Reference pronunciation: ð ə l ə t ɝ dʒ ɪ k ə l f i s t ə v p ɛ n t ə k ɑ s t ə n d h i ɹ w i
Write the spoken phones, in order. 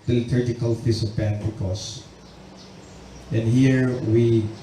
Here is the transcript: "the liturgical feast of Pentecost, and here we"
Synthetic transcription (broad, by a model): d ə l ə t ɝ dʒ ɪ k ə l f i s ə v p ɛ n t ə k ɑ s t ə n d h i ɹ w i